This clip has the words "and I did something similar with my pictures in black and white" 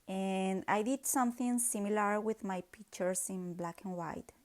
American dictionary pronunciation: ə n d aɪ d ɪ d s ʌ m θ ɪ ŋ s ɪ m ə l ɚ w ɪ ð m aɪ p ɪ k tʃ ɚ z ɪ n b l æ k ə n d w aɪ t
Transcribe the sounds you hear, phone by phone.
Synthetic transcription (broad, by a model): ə n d aɪ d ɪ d s ʌ m θ ɪ ŋ s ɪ m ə l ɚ w ɪ ð m aɪ p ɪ k tʃ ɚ s ɪ n b l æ k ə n w aɪ t